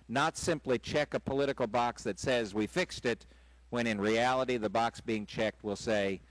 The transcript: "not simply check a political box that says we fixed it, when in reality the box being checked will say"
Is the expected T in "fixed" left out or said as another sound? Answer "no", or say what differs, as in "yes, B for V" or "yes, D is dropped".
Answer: no